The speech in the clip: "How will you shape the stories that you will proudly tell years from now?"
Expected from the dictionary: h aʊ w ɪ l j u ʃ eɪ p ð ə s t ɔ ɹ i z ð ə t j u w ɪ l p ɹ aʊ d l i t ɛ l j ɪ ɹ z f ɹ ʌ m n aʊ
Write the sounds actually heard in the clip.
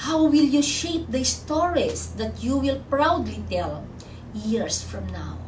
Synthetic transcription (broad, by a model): h aʊ w ɪ l j u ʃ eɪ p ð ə s t ɔ ɹ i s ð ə t j u w ɪ l p ɹ aʊ d l i t ɛ l j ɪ ɹ s f ɹ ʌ m n aʊ